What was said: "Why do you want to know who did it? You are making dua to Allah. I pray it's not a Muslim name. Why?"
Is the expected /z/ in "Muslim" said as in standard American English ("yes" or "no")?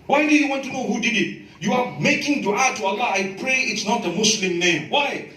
no